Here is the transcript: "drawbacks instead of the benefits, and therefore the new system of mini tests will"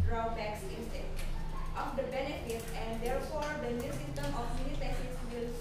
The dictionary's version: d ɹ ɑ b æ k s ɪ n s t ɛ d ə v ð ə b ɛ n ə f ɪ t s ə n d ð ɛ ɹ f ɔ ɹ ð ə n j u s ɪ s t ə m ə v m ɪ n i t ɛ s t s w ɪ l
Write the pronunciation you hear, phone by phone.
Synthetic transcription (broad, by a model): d ɹ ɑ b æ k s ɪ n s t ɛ ə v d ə b ɛ n ə f ɪ t s ə n d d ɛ ɹ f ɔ ɹ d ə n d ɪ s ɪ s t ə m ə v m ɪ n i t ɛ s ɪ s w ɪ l